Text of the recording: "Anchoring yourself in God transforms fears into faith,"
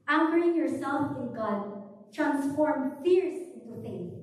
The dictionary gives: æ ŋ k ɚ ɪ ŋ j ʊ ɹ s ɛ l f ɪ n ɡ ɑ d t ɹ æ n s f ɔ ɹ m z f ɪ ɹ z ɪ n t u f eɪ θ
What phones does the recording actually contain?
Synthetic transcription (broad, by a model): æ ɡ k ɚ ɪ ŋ j ʊ ɹ s ɛ l f ɪ n ɡ ɑ d t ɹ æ n s f ɔ ɹ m f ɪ ɹ s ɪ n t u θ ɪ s